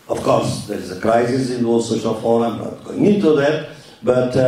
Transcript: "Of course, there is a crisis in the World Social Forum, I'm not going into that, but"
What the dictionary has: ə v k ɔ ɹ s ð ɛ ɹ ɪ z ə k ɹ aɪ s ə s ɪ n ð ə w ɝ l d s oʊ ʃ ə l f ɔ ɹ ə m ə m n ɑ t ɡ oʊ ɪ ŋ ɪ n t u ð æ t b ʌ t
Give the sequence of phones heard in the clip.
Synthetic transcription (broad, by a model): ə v k ɔ ɹ s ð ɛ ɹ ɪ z ə k ɹ aɪ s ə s ɪ n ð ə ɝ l s oʊ ʃ ə l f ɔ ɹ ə ə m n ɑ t ɡ oʊ ɪ ŋ ɪ n t u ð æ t b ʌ t